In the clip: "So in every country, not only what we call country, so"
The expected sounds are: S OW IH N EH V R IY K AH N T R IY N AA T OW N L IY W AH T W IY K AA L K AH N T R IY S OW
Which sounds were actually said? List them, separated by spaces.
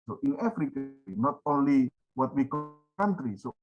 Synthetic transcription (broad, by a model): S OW IH N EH F R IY K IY N AA T OW N L IY W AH T W IY K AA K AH N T R IY S OW